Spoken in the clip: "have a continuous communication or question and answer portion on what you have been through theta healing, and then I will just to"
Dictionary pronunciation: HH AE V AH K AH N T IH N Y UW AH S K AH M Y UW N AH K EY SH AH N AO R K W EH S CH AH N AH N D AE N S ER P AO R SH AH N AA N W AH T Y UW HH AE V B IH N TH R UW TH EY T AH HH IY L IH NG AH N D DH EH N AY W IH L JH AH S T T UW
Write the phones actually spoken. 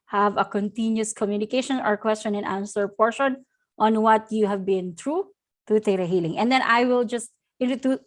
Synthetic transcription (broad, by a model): HH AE V AH K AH N T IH N Y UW S K AH M Y UW N AH K EY SH AH N AO R K W EH S CH AH N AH N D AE N S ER P AO R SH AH N AA N W AH T Y UW HH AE V B IH N T R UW T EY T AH HH IY L IH NG AH N D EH N AY W IH L JH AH S T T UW